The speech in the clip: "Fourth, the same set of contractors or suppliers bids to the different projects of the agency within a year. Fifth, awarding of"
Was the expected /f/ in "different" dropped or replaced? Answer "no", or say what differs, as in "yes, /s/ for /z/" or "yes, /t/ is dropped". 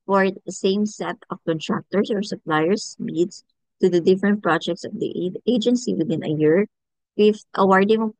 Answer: no